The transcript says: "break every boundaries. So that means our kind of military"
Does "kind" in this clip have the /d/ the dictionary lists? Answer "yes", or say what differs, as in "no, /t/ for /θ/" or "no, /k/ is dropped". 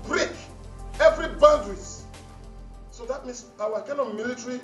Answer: no, /d/ is dropped